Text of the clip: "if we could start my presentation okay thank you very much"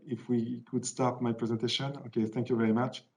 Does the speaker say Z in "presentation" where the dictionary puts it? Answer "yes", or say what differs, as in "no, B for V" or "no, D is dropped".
yes